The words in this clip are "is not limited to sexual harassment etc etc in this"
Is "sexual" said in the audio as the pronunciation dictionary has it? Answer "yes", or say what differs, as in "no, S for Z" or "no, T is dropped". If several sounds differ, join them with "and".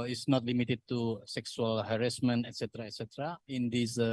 no, S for SH